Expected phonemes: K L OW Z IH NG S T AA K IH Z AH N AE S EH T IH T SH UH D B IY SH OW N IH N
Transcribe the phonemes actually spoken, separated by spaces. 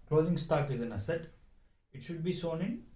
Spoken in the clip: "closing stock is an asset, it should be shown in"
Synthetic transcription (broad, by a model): K L OW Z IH NG S T AA K IH Z AH N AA S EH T IH T SH UH D B IY S OW N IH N